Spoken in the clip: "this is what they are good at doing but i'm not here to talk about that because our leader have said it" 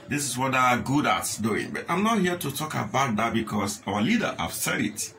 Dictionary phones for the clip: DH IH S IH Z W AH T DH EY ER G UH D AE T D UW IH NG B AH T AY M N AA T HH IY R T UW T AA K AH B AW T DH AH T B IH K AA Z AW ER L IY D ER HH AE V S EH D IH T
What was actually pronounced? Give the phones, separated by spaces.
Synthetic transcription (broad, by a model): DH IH S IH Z W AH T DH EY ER G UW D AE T D UW IH NG B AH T AY M N AA T HH IY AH T UW T AA K AH B AW T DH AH T B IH K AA S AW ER L IY D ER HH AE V S EH D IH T